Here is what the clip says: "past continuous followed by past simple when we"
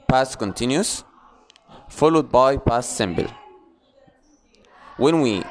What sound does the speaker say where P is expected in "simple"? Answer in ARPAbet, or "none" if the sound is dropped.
B